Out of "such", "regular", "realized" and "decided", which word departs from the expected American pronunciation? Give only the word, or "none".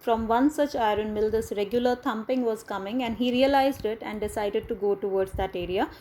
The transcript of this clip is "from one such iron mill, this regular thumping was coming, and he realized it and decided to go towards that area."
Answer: none